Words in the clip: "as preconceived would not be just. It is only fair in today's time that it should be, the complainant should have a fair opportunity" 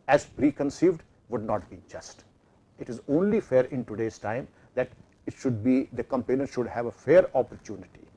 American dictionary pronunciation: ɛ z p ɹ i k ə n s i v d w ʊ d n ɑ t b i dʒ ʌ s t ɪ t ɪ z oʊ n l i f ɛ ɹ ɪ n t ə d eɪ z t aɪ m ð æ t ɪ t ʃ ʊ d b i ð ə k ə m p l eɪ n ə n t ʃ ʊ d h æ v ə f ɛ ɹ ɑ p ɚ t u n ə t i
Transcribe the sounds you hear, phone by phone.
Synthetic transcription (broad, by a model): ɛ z p ɹ i k ə n s i v d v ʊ d n ɑ t b i dʒ ʌ s t ɪ t ɪ z oʊ n l i f ɛ ɹ ɪ n t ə d eɪ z t aɪ m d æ t ɪ t ʃ ʊ d b i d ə k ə m p eɪ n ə t ʃ ʊ d h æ v ə f ɛ ɹ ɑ p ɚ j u n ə t i